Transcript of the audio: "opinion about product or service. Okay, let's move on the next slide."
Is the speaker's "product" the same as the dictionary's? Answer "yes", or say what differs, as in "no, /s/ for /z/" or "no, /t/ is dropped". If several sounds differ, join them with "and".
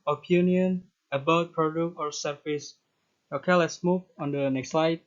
no, /t/ is dropped